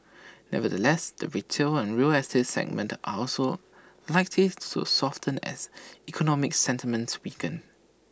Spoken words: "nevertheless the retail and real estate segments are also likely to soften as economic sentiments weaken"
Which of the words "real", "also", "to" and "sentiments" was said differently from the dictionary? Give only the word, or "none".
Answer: to